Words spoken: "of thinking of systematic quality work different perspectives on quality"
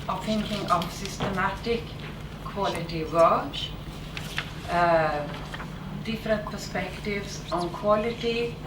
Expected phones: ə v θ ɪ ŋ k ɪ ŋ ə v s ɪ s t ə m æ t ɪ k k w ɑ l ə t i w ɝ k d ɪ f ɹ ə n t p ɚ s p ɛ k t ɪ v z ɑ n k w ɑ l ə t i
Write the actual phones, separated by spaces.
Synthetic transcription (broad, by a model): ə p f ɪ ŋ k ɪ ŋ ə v s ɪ s t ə m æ t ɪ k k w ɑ l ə t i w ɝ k d ɪ f ɹ ə n t p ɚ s p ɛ k t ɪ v s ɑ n k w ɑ l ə t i